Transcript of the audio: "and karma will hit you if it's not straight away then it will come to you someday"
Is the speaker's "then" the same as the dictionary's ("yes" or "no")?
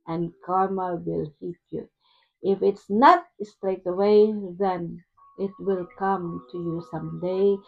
yes